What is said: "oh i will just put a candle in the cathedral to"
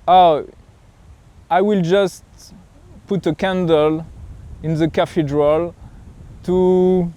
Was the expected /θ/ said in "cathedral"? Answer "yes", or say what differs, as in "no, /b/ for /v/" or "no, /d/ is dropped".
no, /f/ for /θ/